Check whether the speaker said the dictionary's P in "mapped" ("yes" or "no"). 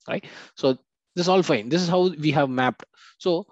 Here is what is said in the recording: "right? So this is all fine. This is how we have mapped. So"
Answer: yes